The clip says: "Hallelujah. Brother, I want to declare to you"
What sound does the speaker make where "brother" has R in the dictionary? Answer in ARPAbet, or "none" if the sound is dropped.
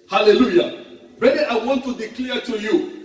none